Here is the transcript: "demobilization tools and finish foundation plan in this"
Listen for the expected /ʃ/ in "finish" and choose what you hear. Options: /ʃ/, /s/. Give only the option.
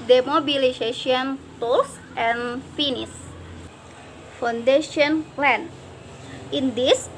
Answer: /s/